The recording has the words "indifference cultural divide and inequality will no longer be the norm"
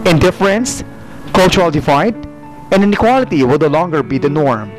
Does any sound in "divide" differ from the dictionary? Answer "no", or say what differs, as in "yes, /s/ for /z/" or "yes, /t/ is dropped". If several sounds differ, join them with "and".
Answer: yes, /f/ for /v/